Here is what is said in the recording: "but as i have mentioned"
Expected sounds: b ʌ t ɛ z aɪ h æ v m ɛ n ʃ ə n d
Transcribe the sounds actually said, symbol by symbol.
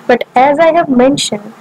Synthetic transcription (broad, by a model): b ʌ t ɛ z aɪ h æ v m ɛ n ʃ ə n d